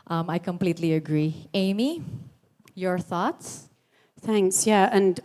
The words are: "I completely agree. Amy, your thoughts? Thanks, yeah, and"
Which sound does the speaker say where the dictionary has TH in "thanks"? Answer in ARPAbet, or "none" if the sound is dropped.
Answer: TH